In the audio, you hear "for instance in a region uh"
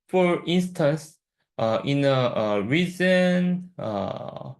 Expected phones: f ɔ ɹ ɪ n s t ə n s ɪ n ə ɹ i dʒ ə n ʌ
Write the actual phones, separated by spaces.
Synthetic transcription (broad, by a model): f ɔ ɹ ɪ n s t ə n s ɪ n ə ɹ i z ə n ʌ